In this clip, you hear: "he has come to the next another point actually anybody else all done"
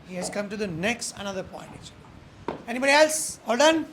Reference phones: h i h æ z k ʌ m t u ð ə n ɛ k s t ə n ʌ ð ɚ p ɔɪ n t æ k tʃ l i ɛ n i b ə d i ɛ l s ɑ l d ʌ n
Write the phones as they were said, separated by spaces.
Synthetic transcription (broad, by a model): h i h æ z k ʌ m t u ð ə n ɛ k s t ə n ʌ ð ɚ p ɔɪ n t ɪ tʃ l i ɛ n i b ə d i ɛ l s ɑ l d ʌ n